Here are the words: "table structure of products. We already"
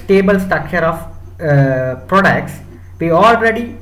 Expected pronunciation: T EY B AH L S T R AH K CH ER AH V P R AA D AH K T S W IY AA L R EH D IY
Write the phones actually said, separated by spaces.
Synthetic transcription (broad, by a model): T EY B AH L S T AH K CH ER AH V P R AA D AH K T S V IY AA L R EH D IY